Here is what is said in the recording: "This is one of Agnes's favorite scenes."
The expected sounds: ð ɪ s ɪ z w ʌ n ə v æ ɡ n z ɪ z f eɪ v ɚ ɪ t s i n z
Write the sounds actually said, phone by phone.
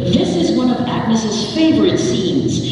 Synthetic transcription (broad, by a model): ð ɪ s ɪ z w ʌ n ə v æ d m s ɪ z f eɪ v ɚ ɪ t s i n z